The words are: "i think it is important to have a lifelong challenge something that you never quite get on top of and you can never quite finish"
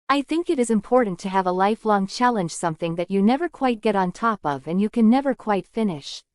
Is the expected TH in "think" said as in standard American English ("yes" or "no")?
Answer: yes